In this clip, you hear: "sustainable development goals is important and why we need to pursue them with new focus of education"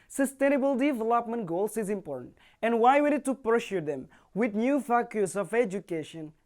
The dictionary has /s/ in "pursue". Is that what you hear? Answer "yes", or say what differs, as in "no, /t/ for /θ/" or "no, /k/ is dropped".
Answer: no, /ʃ/ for /s/